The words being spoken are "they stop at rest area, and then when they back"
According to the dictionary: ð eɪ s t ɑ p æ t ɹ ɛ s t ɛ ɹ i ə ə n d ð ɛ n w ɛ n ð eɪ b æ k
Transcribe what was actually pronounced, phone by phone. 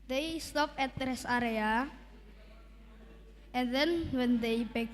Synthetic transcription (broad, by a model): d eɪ s t ɑ p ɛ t ɹ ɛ s ɑ ɹ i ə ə n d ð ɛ n w ɛ n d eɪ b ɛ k